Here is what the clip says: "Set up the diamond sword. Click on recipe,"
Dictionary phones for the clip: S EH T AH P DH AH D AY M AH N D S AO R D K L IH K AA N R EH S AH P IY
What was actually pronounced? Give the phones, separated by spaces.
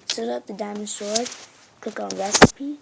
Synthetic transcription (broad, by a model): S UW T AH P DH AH D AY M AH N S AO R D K IH K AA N R EH S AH P IY